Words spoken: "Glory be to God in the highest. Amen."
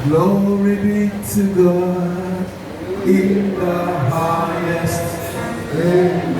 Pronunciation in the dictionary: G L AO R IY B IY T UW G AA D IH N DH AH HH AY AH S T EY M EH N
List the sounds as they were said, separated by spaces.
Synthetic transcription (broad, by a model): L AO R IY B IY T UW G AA IH N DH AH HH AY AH S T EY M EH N